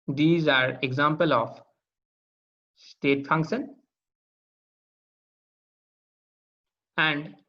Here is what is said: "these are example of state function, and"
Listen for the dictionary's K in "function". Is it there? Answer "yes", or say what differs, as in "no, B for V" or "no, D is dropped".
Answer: yes